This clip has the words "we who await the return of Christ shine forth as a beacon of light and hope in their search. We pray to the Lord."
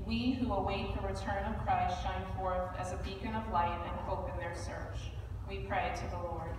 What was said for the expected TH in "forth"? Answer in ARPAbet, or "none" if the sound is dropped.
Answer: TH